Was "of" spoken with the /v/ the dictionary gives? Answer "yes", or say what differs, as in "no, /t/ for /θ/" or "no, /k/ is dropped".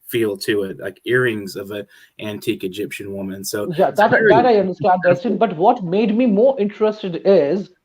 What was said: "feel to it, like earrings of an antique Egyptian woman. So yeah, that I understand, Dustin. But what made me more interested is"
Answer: yes